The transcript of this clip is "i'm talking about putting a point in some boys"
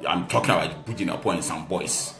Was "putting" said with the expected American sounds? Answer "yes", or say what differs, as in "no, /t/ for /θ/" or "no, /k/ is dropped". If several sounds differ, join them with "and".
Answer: no, /b/ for /p/